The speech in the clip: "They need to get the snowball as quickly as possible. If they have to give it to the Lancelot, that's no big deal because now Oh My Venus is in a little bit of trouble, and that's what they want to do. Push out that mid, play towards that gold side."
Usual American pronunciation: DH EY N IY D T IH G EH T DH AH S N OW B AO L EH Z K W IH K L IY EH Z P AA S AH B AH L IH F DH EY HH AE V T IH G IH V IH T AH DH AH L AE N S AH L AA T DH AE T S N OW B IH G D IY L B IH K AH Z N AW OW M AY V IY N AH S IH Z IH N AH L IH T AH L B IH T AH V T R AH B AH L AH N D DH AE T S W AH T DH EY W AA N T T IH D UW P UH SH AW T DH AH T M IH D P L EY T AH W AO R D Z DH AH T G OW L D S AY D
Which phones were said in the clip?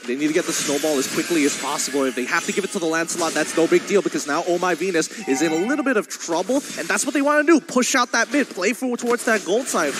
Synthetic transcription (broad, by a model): DH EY N IY D T IH G EH T DH AH S N OW B AO L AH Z K W IH K L IY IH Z P AA S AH B L IH F DH EY HH AE F T IH G IH V IH T AH DH AH L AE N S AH L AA T DH AE T S N OW B IH G D IY L B IH K AH Z N AW OW M AY V IY N AH S IH Z IH N AH L IH T L B IH T AH V T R AH B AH L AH N DH AE T S W AH T DH EY W AA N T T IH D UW P UH SH AW T DH AH T M IH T P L EY T AH W AO R D Z DH AH T G OW L D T AY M